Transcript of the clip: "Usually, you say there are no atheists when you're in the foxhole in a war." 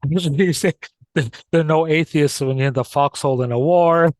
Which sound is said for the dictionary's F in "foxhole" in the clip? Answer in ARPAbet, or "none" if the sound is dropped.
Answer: F